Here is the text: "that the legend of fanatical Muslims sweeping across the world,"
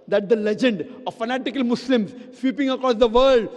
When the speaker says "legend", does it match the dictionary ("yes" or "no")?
yes